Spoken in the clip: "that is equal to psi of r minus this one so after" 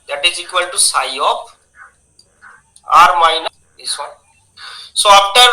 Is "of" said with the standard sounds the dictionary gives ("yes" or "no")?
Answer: no